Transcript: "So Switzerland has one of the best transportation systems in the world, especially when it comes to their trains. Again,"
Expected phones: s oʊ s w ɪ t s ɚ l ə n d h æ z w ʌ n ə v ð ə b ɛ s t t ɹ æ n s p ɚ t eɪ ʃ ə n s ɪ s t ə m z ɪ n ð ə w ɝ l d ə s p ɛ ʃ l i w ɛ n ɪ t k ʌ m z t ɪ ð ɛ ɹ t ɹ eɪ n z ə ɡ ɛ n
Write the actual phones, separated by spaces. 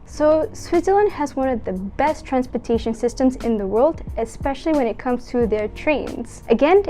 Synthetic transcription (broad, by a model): s oʊ s w ɪ t s ɚ l ə n d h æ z w ʌ n ə v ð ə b ɛ s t t ɹ æ n s p ɚ t eɪ ʃ ə n s ɪ s t ə m z ɪ n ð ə w ɝ l d ə s p ɛ ʃ l i w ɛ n ɪ t k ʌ m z t ɪ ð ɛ ɹ t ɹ eɪ n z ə ɡ ɛ n